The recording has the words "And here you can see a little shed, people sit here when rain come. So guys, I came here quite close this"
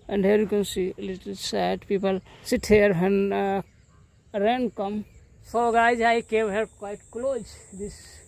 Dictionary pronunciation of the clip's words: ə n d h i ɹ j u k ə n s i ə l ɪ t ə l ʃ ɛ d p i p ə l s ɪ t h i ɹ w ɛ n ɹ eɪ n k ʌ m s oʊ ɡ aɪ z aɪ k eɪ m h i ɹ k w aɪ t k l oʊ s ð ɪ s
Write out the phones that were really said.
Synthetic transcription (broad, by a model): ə n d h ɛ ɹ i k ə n s i l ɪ t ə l s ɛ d p i p ə l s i t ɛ ɹ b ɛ n ɹ eɪ n k ʌ m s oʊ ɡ aɪ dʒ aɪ k eɪ m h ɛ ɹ k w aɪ t k l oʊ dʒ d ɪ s